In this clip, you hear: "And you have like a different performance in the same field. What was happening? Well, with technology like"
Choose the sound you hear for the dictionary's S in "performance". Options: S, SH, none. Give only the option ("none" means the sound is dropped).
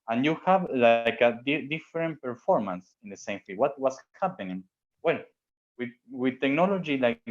S